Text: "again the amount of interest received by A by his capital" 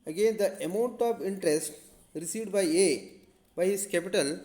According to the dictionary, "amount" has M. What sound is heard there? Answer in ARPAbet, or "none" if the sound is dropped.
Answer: M